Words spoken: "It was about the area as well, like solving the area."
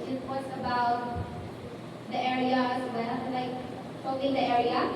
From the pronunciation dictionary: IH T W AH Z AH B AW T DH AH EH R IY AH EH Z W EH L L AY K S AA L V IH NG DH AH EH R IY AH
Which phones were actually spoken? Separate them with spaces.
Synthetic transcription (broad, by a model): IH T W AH S AH B AW T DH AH EH R IY AH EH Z W EH L L AY K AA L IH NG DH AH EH R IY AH